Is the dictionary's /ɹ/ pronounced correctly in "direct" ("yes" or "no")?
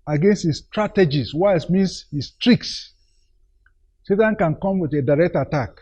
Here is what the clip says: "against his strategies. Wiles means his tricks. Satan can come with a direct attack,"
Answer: yes